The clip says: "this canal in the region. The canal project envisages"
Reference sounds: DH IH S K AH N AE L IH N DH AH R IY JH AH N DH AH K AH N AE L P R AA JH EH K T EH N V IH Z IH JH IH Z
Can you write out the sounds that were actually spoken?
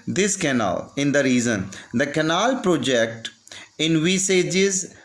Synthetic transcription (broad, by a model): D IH S K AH N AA L IH N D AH R IY Z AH N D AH K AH N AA L P R AA JH EH K T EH N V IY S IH JH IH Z